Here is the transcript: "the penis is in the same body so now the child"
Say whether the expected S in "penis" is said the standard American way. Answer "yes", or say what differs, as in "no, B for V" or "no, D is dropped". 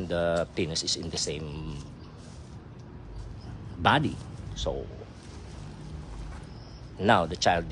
yes